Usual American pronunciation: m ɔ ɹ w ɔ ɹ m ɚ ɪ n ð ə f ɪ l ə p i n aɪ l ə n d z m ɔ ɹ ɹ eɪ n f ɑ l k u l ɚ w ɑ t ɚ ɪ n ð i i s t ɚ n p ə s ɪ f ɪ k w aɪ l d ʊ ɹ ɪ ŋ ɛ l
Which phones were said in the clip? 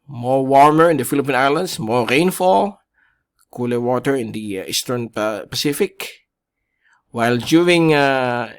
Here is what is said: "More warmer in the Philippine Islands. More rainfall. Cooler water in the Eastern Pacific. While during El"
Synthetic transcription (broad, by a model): m ɔ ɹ w ɔ ɹ m ɚ ɪ n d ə f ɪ l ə p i n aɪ l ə n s m ɔ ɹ ɹ eɪ n f ɑ l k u l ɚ w ɑ t ɚ ɪ n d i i s t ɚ n p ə s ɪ f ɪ k w aɪ l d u ɪ ŋ